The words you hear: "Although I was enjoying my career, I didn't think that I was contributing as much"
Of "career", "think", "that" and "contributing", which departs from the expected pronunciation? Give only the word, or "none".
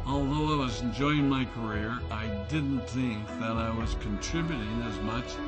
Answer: none